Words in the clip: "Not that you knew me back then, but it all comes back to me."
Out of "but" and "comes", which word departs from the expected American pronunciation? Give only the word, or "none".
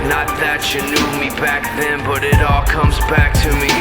none